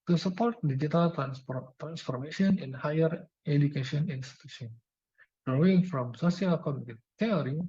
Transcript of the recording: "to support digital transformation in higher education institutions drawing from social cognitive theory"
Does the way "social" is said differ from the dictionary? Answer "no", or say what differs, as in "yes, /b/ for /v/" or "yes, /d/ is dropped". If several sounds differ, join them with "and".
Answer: yes, /s/ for /ʃ/